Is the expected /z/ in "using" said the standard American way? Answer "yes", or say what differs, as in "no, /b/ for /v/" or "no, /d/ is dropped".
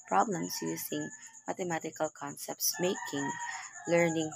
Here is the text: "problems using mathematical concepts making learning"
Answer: no, /s/ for /z/